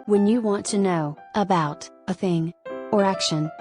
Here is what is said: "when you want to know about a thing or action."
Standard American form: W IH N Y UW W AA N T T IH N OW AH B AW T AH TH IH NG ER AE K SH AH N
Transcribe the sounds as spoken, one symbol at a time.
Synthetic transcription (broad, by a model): W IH N Y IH W AA N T T IH N OW AH B AW T AH TH IH NG ER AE K SH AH N